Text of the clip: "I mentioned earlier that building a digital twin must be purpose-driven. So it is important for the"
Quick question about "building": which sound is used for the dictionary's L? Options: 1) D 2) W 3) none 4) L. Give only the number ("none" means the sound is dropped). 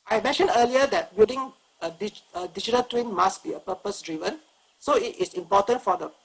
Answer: 3